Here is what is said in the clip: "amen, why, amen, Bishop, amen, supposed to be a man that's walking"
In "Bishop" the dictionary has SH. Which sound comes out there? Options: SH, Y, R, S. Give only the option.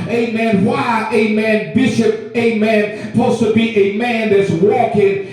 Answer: SH